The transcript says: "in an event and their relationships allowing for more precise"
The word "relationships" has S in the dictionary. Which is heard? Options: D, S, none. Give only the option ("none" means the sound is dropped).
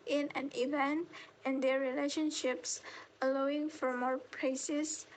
S